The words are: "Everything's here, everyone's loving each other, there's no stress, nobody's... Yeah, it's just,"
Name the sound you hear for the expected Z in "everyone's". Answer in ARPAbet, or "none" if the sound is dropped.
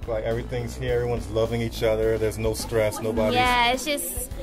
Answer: Z